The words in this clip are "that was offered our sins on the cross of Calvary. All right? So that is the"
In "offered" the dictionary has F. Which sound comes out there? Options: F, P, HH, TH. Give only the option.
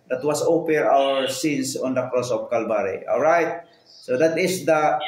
P